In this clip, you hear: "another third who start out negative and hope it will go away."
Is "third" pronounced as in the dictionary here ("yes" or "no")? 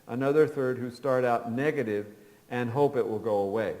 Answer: yes